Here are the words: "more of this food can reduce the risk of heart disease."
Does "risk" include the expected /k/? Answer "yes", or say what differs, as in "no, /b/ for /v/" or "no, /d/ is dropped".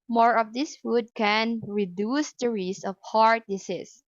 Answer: no, /k/ is dropped